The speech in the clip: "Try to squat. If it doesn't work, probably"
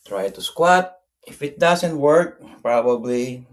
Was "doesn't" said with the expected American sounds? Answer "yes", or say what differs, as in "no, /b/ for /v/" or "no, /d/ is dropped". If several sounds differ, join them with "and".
no, /s/ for /z/